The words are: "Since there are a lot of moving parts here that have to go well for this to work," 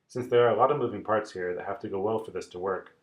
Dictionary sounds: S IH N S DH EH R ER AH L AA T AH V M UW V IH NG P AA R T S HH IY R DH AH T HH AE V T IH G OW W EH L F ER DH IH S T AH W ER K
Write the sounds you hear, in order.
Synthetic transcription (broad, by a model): S IH N S DH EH R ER AH L AA T AH V M UW V IH NG P AA R T S HH IY R DH AH T HH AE F T IH G OW W EH L F ER DH IH S T AH W ER K